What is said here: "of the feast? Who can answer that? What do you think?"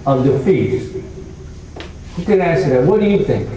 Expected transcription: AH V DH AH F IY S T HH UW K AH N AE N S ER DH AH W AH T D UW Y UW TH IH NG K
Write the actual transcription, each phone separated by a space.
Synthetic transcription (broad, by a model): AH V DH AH F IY T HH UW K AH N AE S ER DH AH W AH T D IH Y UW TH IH NG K